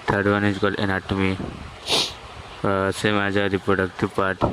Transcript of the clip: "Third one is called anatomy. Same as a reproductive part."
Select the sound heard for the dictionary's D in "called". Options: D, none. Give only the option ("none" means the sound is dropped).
none